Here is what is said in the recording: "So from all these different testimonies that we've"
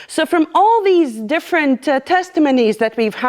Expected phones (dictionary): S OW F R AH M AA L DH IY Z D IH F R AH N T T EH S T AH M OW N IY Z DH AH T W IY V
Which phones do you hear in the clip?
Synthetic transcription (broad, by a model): S OW F R AH M AA L DH IY Z D IH F R AH N T T EH S T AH M OW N IY Z DH AH T W IY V